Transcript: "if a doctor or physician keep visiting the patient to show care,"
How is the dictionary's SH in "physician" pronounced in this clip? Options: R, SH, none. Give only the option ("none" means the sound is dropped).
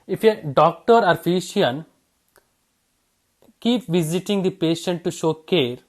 none